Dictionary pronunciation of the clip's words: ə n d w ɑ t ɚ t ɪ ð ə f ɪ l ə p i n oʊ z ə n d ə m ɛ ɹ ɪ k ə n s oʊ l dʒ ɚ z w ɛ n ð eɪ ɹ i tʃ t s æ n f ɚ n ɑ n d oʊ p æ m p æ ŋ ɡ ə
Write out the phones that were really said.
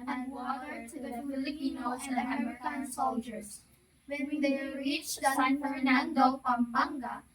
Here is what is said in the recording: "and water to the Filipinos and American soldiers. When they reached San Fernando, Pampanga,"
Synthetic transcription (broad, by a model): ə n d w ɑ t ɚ t ɪ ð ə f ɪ l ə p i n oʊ ə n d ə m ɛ ɹ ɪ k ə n s oʊ l dʒ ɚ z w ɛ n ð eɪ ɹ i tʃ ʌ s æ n f ɚ n ɑ n d oʊ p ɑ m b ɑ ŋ ɡ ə